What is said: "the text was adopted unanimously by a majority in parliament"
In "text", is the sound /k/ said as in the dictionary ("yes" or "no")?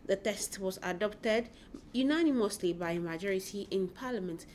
no